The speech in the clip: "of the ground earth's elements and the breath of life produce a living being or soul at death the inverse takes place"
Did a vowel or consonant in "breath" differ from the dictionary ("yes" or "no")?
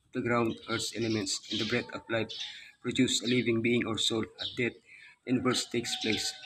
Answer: yes